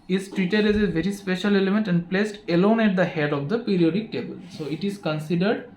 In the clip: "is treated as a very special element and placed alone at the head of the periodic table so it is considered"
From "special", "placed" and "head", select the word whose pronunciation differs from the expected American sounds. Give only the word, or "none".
none